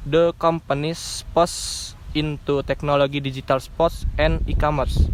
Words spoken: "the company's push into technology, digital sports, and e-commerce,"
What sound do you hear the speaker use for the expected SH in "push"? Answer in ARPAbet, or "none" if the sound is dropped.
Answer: S